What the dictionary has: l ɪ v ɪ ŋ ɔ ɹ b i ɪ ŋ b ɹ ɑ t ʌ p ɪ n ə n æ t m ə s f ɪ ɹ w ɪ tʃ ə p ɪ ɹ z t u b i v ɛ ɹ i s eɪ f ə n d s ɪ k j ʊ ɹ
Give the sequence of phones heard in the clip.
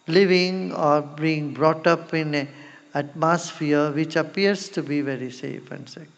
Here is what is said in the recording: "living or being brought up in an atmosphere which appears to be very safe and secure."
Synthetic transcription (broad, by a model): l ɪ v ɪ ŋ ɔ ɹ b i ɪ ŋ b ɹ ɑ t ʌ p ɪ n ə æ t m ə s f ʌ ɹ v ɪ tʃ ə p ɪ ɹ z t u b i v ɛ ɹ i s eɪ f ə n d s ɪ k